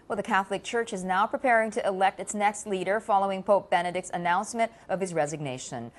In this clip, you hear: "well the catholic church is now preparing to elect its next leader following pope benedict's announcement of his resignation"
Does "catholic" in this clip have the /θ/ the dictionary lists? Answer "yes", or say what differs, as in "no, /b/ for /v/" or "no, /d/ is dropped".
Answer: yes